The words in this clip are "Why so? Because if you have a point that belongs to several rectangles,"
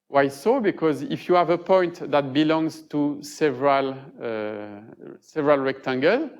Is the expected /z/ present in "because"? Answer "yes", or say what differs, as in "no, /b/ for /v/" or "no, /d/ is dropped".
yes